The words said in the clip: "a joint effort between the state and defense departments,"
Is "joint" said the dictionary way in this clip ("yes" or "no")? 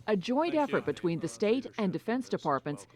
yes